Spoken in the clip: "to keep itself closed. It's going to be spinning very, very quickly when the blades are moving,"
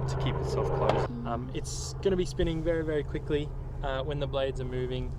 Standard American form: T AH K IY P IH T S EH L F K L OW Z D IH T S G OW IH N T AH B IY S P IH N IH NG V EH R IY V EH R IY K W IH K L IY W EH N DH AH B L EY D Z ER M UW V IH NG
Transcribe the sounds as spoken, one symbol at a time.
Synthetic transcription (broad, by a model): T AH K IY P IH T S EH L F K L OW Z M IH T S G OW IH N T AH B IY S P IH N IH NG V EH R IY V EH R IY K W IH K L IY W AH N DH AH B L EY D Z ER M UW V IH NG